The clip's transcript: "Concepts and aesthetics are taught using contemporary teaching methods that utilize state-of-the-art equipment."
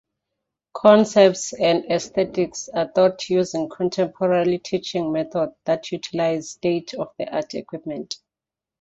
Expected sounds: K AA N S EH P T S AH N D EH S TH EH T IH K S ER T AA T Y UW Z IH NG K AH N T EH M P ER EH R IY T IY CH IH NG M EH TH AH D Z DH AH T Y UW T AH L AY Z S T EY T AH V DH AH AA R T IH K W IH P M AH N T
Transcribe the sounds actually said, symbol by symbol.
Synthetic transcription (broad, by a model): K AA N S EH P T S AH N D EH S T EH T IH K S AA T AA T Y UW Z IH NG K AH N T EH M P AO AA L IY T IY CH IH NG M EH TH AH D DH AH T Y UW T AH L AY Z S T EY T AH F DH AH AA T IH K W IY P M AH N T